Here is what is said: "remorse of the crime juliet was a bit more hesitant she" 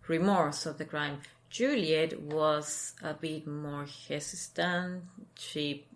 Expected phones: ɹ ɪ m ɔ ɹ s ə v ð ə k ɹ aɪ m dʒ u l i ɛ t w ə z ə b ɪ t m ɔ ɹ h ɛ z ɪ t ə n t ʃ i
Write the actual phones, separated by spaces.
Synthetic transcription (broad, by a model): ɹ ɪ m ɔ ɹ s ə v ð ə k ɹ aɪ m dʒ u l i ɛ t w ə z ə b ɪ t m ɔ ɹ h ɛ s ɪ t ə n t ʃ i